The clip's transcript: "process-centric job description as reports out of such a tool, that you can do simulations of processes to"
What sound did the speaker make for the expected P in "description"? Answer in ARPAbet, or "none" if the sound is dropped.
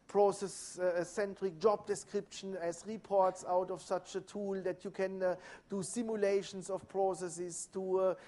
P